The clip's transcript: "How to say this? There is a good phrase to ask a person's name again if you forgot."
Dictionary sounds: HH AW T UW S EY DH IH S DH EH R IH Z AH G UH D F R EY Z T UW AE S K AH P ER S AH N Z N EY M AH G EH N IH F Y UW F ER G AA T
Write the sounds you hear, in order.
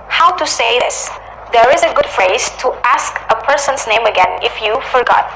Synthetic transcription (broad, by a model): HH AW T UW S EY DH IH S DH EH R IH Z AH G UH D F R EY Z T UW AE S K AH P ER S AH N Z N EY M AH G EH N IH F Y UW F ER G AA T